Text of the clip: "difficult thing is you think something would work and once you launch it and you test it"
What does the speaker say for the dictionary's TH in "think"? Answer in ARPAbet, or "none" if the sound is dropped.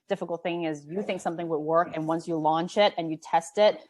TH